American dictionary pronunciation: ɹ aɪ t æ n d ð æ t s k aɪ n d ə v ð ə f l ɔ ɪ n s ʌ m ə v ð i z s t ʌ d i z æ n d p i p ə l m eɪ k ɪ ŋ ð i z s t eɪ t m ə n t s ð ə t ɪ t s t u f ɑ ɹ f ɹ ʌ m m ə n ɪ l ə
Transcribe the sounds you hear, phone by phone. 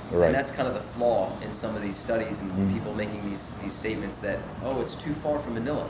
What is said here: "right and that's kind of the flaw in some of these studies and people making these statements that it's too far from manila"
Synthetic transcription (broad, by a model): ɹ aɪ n ð æ t s k aɪ n d ə v ð ə f l ɔ ɪ n s ʌ m ə v ð i z s t ʌ d i z n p i p l m eɪ k ɪ ŋ ð i z s t eɪ t m ə n t s ð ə t ɪ t s t u f ɑ ɹ f ɹ ʌ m m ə n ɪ l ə